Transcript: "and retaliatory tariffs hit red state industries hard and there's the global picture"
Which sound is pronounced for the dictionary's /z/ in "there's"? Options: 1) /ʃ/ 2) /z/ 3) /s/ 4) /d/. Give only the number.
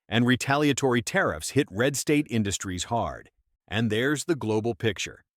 2